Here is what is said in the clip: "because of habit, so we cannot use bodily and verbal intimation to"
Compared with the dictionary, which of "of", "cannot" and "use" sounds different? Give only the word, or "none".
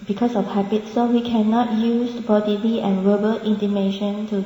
of